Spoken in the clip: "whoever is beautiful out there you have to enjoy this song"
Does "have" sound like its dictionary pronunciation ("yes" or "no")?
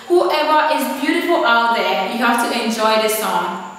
no